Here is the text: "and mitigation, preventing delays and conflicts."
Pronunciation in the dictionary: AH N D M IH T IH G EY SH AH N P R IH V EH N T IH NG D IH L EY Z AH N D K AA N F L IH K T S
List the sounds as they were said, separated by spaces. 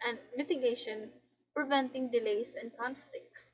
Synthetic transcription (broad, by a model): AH N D M IH T IH G EY SH AH N P R IH V EH N T IH NG D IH L EY S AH N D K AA N F L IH K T S